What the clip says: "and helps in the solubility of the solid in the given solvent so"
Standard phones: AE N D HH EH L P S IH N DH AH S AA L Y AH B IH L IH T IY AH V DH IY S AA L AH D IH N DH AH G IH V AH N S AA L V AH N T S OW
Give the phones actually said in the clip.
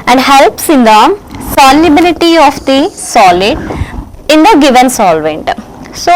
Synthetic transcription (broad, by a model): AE N D HH EH L P S IH N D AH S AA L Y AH B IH L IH T IY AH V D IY S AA L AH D IH N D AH G IH V AH N S AA L V AH N T S OW